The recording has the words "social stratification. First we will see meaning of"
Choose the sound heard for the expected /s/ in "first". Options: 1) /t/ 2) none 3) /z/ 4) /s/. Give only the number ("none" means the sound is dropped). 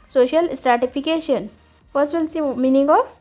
2